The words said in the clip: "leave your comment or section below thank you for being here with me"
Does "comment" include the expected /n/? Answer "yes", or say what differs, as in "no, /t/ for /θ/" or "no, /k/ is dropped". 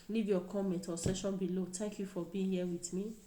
no, /n/ is dropped